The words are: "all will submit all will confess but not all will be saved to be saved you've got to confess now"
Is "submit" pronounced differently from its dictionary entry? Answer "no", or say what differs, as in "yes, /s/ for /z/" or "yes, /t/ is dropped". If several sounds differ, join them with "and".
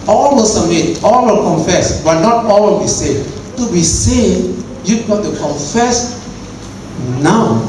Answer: yes, /b/ is dropped